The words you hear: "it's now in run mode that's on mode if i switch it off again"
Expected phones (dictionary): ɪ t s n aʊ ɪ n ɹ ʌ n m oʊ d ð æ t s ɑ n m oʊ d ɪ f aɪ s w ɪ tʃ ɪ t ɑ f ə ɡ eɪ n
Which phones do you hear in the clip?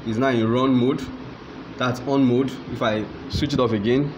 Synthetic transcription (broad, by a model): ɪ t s n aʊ ɪ n ɹ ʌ n m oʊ d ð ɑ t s ɑ n m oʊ d ɪ f aɪ s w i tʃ ɪ t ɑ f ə ɡ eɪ n